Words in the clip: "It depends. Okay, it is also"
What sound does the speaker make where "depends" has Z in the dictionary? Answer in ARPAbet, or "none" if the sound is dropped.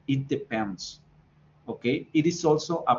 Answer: S